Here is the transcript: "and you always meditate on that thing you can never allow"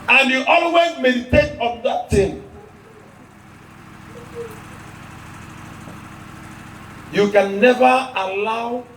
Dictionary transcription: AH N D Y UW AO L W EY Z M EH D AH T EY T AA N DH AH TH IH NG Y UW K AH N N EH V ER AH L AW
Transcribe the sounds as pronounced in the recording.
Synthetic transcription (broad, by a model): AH N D Y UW AO L W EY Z M EH D AH T EY T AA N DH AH T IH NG Y UW K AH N N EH V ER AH L AW